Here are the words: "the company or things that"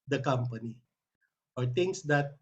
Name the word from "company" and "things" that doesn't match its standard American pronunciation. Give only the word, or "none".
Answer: things